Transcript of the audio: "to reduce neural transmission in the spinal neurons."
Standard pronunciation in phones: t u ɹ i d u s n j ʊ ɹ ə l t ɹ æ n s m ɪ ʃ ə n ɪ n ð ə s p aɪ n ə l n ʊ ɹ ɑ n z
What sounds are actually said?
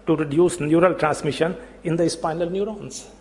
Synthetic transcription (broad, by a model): t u ɹ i d u s n j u ɹ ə l t ɹ æ n s m ɪ ʃ ə n ɪ n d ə s p aɪ n ə l n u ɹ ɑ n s